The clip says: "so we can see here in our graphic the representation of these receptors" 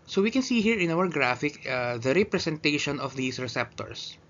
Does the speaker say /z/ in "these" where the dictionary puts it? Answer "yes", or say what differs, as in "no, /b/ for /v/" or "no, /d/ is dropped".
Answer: no, /s/ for /z/